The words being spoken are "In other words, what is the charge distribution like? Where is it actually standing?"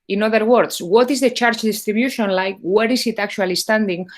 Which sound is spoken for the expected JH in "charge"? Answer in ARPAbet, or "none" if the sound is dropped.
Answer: CH